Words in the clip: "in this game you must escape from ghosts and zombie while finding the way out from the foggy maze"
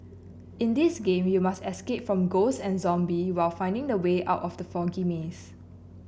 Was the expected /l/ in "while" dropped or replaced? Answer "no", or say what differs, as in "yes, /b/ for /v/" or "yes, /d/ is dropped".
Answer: no